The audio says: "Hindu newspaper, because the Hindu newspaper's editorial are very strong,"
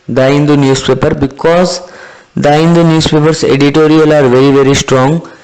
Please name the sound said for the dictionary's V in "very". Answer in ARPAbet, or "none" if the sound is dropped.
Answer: V